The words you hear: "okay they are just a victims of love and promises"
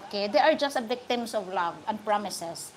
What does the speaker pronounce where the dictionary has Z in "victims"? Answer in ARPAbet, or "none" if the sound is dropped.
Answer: S